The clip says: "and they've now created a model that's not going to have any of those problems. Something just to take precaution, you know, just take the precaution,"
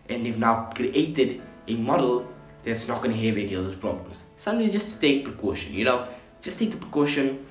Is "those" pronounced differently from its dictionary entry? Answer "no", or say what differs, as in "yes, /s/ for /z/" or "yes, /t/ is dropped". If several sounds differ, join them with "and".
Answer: yes, /z/ is dropped